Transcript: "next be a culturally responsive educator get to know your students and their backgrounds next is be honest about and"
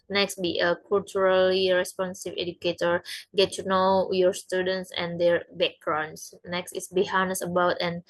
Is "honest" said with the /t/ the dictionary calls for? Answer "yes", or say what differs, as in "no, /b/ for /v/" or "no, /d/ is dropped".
no, /t/ is dropped